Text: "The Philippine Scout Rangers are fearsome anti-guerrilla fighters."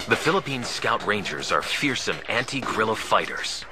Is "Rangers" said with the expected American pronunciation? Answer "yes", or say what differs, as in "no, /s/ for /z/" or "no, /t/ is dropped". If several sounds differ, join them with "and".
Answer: yes